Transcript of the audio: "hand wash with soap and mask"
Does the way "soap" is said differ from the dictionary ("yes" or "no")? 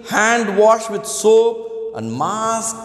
yes